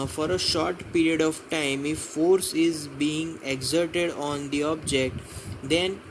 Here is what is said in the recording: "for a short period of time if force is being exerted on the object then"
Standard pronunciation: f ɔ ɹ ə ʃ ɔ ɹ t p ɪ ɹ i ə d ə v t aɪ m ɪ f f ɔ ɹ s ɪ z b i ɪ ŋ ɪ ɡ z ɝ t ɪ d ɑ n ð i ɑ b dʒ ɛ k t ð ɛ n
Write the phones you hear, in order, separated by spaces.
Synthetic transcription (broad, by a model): f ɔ ɹ ə ʃ ɔ ɹ t p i ɹ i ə d ə v t aɪ m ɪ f f ɔ ɹ s ɪ z b i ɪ ŋ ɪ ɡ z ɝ t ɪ d ɑ n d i ɑ b dʒ ɛ k t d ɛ n